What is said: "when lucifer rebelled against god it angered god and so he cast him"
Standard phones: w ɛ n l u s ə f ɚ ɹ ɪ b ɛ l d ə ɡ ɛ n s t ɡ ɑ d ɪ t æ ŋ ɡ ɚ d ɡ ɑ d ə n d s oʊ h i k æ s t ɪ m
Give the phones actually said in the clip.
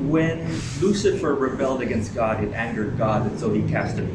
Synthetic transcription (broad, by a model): w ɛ n l u s ə f ɚ ɹ ɪ b ɛ l d ə ɡ ɛ n s t ɡ ɑ d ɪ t æ ŋ ɡ ɚ d ɡ ɑ d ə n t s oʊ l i k æ s t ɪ